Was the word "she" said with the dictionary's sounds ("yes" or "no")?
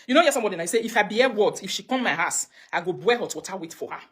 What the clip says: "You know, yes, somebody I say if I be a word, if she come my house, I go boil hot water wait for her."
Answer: yes